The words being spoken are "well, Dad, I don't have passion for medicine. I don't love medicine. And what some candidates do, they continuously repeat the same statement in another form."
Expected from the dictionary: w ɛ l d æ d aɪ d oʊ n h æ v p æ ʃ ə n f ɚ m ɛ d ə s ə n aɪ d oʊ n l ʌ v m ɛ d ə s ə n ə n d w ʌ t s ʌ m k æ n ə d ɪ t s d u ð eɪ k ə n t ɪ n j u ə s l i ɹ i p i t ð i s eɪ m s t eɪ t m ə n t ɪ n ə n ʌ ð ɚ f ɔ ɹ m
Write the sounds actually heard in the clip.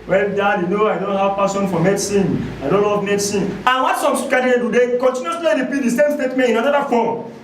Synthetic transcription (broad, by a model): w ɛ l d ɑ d aɪ d oʊ n h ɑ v p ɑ s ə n f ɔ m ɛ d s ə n aɪ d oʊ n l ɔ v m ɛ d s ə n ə n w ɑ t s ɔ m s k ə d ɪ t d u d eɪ k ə n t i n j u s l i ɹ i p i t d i s eɪ m s t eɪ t m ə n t ɪ n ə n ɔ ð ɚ f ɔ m